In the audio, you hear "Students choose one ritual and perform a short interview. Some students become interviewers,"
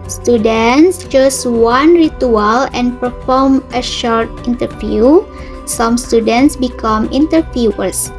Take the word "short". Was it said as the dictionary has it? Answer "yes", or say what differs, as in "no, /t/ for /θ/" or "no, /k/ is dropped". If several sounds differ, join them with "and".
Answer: yes